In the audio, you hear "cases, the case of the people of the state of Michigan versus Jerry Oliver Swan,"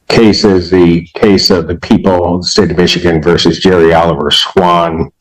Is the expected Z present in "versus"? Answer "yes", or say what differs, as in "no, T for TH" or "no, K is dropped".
yes